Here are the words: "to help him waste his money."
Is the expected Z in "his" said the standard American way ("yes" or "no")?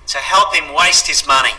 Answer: yes